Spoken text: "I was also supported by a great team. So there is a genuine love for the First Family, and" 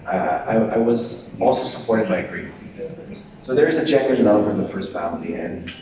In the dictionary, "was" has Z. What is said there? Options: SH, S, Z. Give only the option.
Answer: Z